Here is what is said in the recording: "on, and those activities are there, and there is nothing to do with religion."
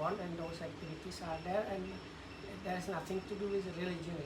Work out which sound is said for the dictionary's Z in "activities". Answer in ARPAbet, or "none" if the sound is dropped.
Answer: S